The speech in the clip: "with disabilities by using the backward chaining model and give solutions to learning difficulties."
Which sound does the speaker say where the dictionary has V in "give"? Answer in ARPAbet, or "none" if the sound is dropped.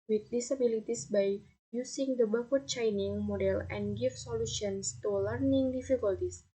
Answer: F